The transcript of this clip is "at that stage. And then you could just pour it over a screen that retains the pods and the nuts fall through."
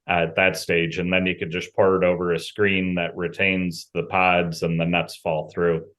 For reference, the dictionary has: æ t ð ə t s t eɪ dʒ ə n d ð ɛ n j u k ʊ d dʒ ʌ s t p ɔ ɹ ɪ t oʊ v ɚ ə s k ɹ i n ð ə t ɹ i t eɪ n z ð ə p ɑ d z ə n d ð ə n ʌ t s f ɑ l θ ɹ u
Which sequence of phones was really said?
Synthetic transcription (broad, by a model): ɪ t ð ə t s t eɪ dʒ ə n ð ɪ n j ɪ k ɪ d dʒ ʌ s p ɔ ɹ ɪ t oʊ v ɚ ə s k ɹ i n ð ə t ɹ i t eɪ n z ð ə p ɑ d z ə n ð ə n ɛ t s f ɑ l θ ɹ u